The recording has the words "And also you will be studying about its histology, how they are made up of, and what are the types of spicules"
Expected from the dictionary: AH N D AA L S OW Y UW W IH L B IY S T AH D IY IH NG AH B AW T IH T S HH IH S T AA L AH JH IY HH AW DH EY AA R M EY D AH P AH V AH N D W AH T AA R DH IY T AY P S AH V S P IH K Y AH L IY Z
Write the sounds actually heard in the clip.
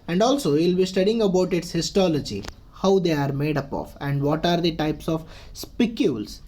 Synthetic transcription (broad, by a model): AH N D AA L S OW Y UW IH L B IY S T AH D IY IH NG AH B AW T IH T S HH IH S T AA L AH JH IY HH AW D EY AA R M EY D AH P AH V AH N D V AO T AA R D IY T AY P S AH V S P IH K Y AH L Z